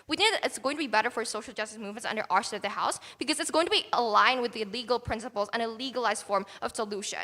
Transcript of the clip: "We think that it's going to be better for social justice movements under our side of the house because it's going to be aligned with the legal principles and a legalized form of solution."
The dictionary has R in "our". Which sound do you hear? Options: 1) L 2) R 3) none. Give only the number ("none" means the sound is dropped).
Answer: 2